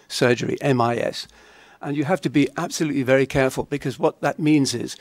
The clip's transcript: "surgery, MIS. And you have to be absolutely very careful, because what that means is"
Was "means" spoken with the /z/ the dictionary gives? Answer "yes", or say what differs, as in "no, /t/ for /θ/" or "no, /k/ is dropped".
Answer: yes